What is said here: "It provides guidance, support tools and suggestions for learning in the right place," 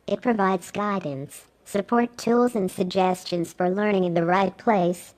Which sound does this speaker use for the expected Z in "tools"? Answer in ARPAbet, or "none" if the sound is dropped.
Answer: Z